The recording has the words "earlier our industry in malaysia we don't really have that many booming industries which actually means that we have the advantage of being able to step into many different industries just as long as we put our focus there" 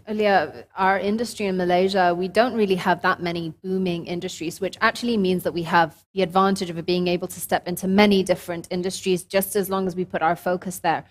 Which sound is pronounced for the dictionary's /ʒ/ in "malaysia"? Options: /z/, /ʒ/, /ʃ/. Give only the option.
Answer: /ʒ/